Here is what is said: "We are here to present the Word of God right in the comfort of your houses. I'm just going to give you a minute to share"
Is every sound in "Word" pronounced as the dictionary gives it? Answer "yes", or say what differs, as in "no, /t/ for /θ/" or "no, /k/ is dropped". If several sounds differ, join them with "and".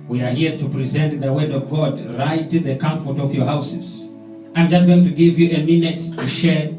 yes